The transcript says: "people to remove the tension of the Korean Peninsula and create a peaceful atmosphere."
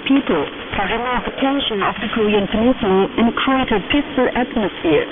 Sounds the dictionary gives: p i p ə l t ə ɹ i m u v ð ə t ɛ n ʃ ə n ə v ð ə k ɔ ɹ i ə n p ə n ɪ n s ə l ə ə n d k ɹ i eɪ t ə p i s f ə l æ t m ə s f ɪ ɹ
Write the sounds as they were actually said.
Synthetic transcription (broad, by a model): p i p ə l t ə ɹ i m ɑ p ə t ɛ n ʃ ə n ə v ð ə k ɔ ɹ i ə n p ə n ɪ s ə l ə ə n k i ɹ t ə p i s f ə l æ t m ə s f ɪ ɹ